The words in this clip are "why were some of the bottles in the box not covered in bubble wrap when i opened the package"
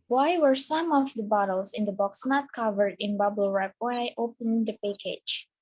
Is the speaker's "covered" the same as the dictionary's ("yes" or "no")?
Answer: yes